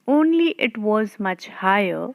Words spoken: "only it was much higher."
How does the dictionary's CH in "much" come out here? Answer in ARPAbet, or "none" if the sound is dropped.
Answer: CH